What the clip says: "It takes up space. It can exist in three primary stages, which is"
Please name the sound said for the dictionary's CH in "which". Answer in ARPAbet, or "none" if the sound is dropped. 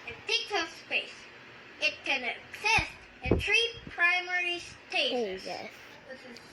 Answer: none